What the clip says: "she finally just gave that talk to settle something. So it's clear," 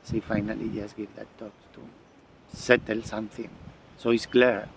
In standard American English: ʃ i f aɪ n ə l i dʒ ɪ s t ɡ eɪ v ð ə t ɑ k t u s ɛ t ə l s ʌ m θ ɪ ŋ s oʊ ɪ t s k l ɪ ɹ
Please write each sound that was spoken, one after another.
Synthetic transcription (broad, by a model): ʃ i f aɪ n ə l i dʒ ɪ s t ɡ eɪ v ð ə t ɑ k t u s ɛ t ə l s ʌ m θ ɪ ŋ s oʊ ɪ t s k l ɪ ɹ